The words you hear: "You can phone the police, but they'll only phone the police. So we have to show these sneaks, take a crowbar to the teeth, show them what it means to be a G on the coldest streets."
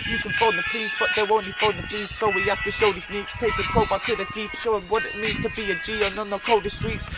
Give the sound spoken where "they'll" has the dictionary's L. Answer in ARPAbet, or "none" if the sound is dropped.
W